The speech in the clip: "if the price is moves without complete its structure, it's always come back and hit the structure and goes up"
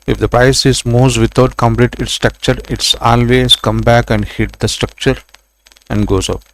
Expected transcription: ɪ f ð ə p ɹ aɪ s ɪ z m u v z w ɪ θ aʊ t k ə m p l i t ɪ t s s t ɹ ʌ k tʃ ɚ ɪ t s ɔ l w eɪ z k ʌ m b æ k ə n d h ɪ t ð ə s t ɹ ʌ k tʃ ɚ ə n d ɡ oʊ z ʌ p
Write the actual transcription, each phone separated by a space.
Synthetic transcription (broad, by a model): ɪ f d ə p ɹ aɪ s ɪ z m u z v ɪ t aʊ t k ə m p l i t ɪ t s s t ɹ ʌ k tʃ ɚ ɪ t s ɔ l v eɪ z k ʌ m b æ k ə n d h ɪ t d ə s t ɹ ʌ k tʃ ɚ ə n d ɡ oʊ z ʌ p